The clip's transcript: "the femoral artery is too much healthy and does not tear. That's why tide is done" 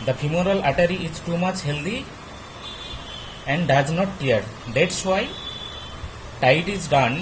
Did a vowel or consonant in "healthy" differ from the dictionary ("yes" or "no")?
yes